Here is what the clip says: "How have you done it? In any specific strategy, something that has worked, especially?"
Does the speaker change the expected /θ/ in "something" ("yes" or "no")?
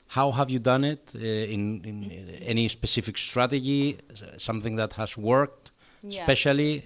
no